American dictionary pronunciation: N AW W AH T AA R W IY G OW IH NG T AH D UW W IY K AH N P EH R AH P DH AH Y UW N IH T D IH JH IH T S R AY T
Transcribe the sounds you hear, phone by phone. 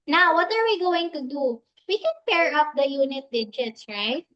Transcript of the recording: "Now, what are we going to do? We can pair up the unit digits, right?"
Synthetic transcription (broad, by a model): N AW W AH T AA R W IY G OW IH NG T AH D UW W IY K AH N P EH R AH P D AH Y UW N IH T D IH JH IH T S R AY T